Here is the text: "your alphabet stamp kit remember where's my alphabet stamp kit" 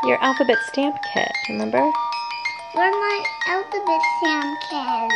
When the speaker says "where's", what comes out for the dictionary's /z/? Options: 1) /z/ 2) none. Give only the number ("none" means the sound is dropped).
2